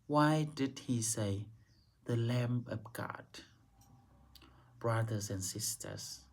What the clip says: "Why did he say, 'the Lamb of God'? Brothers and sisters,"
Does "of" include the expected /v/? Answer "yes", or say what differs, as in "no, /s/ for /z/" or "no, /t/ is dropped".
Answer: no, /p/ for /v/